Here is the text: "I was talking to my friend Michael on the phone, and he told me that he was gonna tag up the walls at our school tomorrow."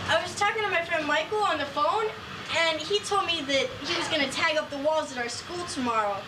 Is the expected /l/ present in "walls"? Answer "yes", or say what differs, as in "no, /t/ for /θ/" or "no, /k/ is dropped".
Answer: yes